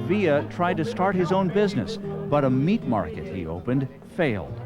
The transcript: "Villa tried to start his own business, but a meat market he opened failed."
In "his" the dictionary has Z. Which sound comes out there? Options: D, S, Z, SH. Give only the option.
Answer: Z